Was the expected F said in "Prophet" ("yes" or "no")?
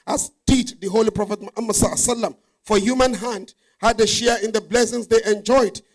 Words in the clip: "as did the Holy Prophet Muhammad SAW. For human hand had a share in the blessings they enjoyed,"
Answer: yes